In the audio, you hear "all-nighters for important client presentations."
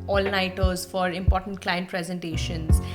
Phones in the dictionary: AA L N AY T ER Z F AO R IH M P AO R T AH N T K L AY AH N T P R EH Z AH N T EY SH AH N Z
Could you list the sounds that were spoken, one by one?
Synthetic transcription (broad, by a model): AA L N AY T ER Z F AO R IH M P AO R T AH N T K L AY AH N T P R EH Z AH N T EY SH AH N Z